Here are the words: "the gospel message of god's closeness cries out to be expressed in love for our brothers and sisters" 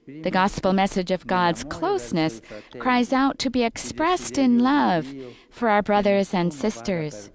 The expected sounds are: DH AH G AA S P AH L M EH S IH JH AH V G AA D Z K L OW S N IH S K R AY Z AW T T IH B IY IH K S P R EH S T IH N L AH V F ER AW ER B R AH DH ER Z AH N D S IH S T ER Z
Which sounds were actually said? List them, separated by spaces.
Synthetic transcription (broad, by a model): DH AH G AA S P L M EH S IH JH AH V G AA D Z K L OW S N IH S K R AY Z AW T T IH B IY IH K S P R EH S T IH N L AH V F ER AW ER B R AH DH ER Z AH N D S IH S T ER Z